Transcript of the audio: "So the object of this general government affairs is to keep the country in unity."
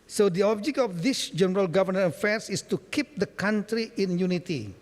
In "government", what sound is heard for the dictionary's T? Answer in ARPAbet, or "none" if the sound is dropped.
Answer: none